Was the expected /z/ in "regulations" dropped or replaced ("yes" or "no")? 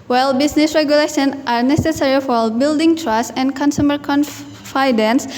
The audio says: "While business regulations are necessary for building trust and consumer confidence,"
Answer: yes